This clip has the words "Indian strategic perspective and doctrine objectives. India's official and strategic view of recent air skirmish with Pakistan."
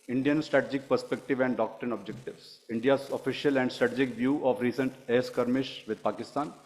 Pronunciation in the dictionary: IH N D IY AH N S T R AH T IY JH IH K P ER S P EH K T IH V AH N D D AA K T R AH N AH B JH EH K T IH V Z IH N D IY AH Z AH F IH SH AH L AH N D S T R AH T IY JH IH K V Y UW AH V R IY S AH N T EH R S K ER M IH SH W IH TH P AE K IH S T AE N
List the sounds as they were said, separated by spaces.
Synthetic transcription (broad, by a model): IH N D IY AH N S T R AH T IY JH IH K P ER S P EH K T IH V AH N D D AA K T R AH N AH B JH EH K T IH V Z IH N D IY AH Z AH F IH SH AH L AH N D S T R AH T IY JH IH K V Y UW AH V R IY S AH N T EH S K ER M IH SH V IH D P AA K IH S T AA N